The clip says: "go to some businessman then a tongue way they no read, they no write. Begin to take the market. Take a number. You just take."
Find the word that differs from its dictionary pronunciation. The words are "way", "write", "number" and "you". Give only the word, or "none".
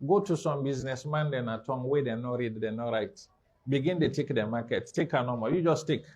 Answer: number